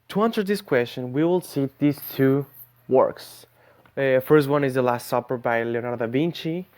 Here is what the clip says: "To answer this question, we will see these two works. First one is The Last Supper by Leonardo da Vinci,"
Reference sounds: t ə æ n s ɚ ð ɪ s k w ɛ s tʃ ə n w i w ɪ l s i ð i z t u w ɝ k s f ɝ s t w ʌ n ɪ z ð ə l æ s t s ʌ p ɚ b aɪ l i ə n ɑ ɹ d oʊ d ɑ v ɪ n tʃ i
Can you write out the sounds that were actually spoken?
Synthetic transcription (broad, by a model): t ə æ n s ɚ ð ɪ s k w ɛ s tʃ ə n w i w ɪ l s i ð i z t u w ɝ k s f ɝ s t w ʌ n ɪ z ð ə l æ s t s ʌ p ɚ b aɪ l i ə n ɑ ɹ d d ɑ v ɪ n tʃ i